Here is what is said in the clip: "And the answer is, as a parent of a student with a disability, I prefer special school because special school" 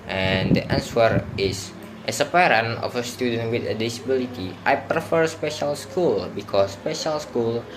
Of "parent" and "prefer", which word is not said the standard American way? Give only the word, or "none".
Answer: parent